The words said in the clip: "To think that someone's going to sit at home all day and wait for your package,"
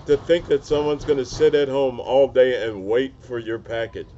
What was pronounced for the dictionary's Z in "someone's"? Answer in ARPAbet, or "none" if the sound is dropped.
Z